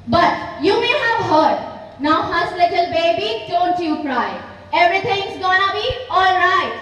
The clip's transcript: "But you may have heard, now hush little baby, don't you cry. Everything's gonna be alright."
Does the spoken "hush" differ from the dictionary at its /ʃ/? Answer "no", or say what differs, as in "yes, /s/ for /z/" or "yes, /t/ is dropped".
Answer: yes, /s/ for /ʃ/